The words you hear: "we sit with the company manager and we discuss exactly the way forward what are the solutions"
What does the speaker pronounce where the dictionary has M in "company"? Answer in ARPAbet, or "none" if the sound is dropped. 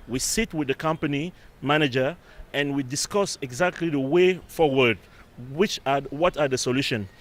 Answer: M